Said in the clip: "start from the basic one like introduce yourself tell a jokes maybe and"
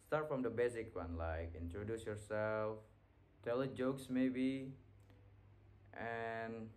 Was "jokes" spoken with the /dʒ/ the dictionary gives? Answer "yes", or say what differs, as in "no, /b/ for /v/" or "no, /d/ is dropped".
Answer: yes